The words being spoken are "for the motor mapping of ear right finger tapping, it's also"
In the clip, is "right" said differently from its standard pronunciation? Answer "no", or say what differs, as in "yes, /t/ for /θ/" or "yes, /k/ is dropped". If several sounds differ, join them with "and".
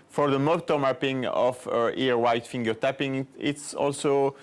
yes, /w/ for /ɹ/